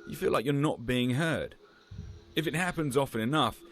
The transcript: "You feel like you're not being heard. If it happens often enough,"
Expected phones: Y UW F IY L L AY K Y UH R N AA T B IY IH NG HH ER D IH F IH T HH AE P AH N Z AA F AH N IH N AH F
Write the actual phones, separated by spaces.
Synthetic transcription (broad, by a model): Y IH F IY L L AY K Y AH R N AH T B IY IH NG HH ER D IH F IH T HH AE P AH N Z AA F AH N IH N AH F